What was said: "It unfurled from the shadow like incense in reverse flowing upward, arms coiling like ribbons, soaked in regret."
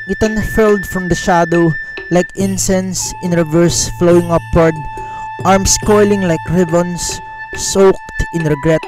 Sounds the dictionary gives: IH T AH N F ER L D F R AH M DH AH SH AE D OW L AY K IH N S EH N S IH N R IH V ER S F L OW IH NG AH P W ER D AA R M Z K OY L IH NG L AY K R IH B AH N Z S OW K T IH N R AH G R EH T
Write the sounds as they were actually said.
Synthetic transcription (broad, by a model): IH T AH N F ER L D F R AH M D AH SH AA D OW L AY K IH N S EH N S IH N R IH V ER S F L OW IH NG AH P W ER D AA R M S K OY L IH NG L AY K R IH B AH N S S OW K T IH N R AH G R EH T